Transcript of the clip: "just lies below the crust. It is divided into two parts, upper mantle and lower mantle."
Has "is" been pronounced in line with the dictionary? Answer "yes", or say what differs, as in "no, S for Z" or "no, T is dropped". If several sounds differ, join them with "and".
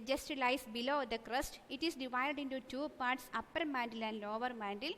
no, S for Z